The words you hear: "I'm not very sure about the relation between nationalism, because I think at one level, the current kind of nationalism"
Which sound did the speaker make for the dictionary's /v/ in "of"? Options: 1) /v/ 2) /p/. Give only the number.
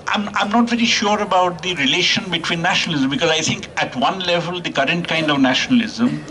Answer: 1